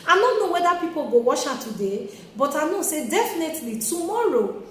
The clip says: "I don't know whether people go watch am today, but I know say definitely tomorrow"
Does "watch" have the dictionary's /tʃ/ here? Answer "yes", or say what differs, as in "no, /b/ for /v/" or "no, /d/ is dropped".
no, /ʃ/ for /tʃ/